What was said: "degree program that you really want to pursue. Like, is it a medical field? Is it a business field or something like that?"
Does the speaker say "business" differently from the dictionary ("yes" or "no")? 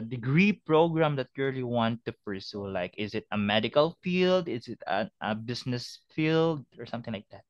yes